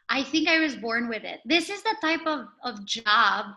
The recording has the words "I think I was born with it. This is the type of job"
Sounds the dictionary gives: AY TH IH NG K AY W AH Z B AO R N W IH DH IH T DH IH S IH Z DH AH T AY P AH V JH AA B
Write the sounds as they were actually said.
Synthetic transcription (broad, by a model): AY TH IH NG K AY W AH Z B AO R N W IH DH IH T DH IH S IH Z DH AH T AY P AH V JH AA B